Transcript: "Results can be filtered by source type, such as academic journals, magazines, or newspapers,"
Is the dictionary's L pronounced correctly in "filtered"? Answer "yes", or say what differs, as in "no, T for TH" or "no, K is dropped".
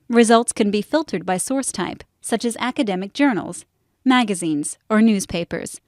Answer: yes